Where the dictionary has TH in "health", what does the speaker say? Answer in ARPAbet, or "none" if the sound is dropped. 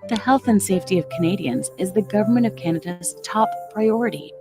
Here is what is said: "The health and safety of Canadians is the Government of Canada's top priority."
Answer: TH